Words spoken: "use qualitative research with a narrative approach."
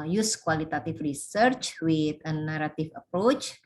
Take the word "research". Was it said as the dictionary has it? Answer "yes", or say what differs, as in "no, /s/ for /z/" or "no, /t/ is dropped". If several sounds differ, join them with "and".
yes